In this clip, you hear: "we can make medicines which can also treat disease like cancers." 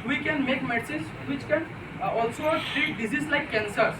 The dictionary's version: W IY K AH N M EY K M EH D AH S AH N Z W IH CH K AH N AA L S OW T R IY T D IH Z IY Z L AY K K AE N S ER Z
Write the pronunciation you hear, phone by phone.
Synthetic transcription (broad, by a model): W IY K AH N M EY K M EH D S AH Z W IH CH K AH N AA L S OW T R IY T D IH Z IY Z L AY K K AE N S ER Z